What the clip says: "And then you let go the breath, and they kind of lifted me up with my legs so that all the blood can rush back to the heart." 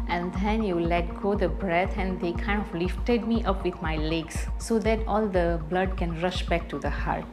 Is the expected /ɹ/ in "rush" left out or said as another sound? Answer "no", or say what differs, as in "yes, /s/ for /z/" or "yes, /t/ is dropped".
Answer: no